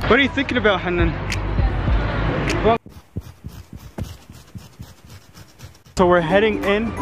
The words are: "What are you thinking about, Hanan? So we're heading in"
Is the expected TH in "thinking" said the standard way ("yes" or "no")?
yes